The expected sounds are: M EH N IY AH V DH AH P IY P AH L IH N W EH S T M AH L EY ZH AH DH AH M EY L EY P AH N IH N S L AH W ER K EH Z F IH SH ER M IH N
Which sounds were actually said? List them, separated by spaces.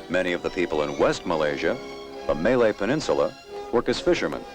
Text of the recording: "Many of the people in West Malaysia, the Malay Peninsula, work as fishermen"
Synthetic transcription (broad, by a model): M EH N IY AH V DH AH P IY P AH L IH N W EH S T M AH L EY ZH AH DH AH M EY L EY P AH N IH N S L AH W ER K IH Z F IH SH ER M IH N